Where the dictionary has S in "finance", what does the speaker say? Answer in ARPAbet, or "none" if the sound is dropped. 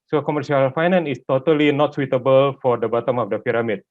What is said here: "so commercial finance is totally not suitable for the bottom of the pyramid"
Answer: none